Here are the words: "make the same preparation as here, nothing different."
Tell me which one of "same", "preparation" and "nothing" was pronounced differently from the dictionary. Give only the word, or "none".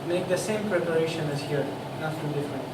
nothing